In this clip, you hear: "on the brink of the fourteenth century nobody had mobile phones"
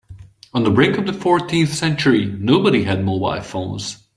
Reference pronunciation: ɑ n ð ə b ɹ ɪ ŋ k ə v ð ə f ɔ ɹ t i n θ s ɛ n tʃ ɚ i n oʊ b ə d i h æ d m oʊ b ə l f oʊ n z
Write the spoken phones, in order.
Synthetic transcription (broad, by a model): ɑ n ð ə b ɹ ɪ ŋ k ə v ð ə f ɔ ɹ t i n θ s ɛ n tʃ ɚ i n oʊ b ə d i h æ d m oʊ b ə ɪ f oʊ n z